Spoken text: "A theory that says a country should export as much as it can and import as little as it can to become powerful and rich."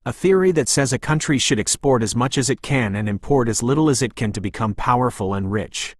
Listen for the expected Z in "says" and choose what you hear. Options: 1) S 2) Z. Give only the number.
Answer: 2